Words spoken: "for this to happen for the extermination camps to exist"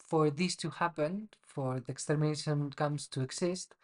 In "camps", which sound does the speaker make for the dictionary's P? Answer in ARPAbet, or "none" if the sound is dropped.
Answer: none